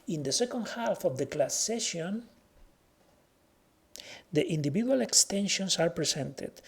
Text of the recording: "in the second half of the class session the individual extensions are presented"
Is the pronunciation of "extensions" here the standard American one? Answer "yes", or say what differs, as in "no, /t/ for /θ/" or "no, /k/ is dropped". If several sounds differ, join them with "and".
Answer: no, /s/ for /z/